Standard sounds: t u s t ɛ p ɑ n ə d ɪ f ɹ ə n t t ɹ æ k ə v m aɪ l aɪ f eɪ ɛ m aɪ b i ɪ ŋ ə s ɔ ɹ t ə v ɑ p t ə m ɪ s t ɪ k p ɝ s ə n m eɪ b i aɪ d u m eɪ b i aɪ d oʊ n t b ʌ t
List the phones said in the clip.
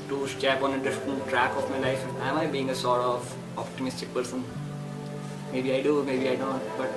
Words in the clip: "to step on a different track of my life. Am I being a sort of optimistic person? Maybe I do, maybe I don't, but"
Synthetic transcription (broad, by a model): t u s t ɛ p ɑ n ə d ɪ f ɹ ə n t t ɹ æ k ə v m aɪ l aɪ f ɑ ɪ m aɪ b i ɪ ŋ ə s ɔ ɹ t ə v ɑ p t ə m ɪ s t ɪ k p ɝ s ə n m eɪ b i aɪ d u m eɪ b i aɪ d oʊ n t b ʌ t